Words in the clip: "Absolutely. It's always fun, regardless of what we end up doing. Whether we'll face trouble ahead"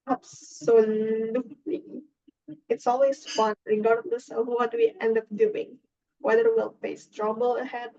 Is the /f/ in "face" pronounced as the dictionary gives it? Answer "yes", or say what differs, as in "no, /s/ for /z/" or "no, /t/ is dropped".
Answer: no, /p/ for /f/